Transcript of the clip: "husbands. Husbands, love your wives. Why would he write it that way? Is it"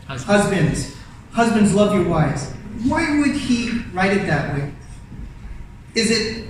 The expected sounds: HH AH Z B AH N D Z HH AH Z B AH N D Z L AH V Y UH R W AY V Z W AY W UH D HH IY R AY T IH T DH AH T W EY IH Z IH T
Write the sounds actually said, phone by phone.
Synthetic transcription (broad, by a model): HH AH Z B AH N D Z HH AH Z B AH N D Z L AH V Y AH R W AY Z W AY W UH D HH IY R AY T IH T DH AH T W EY IH Z IH T